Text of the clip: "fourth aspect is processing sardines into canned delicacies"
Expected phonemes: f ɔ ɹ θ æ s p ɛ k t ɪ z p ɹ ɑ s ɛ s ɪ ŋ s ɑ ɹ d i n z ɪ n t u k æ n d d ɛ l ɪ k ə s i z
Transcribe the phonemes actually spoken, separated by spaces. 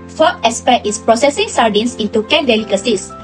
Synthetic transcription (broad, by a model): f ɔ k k s p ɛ t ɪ s p ɹ ɑ s ɛ s ɪ ŋ s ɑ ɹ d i n s ɪ n t u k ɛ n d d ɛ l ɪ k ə s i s